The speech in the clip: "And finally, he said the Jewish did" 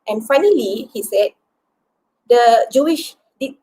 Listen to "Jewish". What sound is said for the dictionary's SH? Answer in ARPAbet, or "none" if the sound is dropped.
SH